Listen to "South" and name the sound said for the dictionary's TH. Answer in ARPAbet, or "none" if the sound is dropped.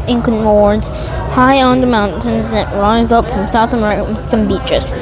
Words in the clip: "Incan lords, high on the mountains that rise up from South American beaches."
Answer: TH